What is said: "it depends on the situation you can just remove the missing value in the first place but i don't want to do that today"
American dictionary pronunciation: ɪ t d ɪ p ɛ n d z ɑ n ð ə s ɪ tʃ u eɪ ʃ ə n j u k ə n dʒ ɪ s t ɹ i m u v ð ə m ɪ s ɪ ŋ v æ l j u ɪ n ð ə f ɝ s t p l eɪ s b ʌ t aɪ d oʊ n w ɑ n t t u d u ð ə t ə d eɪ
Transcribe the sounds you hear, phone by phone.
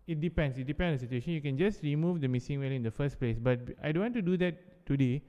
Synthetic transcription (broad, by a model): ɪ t d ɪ p ɛ n d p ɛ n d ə s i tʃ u eɪ ʃ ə n j u k ə n dʒ ɪ s t ɹ i m u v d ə m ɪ s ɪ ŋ w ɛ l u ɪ n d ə f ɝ s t p l eɪ s b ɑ t aɪ d oʊ n w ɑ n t t u d u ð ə t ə d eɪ